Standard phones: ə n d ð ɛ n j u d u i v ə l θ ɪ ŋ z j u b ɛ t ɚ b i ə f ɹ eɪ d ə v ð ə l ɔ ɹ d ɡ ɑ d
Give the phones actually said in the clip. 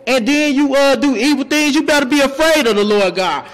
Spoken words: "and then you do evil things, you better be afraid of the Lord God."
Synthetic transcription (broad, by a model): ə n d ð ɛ n j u d u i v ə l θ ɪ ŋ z j u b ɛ t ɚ b i ə f ɹ eɪ d ə v ð ə l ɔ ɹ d ɡ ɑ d